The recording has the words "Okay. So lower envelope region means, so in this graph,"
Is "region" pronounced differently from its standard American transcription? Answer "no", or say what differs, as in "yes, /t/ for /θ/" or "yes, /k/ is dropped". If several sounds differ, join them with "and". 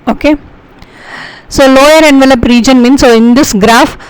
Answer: no